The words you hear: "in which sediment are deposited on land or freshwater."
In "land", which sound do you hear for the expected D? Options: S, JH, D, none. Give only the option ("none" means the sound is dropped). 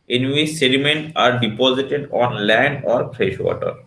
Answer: none